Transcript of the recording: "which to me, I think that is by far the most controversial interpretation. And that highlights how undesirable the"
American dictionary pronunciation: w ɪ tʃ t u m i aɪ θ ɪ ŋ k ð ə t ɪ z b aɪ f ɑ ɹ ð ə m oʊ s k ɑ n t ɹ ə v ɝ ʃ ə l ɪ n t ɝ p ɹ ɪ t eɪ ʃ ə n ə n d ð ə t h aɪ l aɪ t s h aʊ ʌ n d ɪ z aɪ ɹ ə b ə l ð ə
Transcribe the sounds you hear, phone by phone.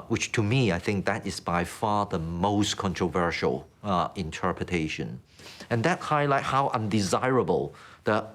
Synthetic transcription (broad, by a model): w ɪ tʃ t u m i aɪ θ ɪ ŋ k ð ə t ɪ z b aɪ f ɑ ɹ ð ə m oʊ s k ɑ n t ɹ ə v ɝ ʃ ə l ɪ n t ɝ p ɹ ɪ t eɪ ʃ ə n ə n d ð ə t h aɪ l aɪ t h aʊ ʌ n d ɪ z aɪ ɹ ə b ə l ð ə